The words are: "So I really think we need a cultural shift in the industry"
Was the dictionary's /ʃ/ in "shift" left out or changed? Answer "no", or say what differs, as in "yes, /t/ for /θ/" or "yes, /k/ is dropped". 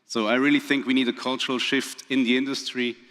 no